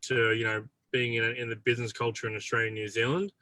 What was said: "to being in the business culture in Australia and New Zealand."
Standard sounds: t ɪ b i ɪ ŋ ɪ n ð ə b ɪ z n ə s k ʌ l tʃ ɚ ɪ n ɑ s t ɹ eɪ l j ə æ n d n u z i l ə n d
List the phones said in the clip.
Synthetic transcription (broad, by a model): t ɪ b i ɪ ŋ ɪ n ð ə b ɪ z n ə s k ʌ l tʃ ɚ ɪ n ɑ s t ɹ eɪ l j ə n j u z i l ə n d